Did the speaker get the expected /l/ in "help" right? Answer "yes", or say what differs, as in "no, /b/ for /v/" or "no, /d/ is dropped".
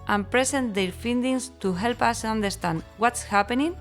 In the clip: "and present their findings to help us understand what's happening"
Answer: yes